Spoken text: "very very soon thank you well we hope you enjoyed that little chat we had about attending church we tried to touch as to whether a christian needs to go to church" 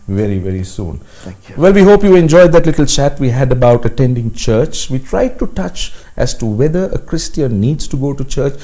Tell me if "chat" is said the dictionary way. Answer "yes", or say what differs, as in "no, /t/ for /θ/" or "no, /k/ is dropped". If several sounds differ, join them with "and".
yes